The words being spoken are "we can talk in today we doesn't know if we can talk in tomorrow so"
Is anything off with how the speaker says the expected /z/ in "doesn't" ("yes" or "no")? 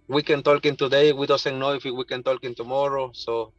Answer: yes